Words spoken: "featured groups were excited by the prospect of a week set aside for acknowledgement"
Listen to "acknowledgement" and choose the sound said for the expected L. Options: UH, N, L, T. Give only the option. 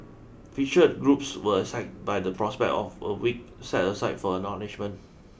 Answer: N